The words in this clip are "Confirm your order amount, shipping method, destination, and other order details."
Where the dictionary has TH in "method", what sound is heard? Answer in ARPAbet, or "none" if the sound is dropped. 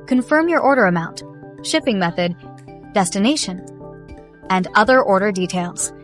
TH